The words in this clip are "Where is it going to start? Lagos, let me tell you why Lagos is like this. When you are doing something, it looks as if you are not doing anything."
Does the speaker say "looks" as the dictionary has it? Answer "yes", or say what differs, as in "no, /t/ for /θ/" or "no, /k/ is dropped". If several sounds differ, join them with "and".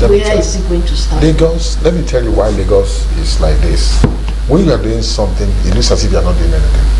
no, /k/ is dropped